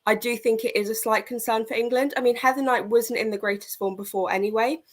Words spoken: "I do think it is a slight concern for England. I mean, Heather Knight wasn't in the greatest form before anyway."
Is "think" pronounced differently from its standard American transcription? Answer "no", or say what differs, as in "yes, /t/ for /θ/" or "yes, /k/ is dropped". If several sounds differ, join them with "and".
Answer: no